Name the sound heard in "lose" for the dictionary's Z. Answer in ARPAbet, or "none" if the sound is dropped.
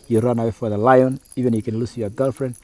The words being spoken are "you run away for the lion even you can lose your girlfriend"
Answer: S